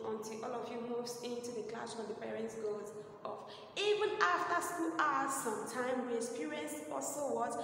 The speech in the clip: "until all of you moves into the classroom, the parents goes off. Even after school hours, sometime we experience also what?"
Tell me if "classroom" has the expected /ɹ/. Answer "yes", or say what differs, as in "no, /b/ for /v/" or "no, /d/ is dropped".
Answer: no, /w/ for /ɹ/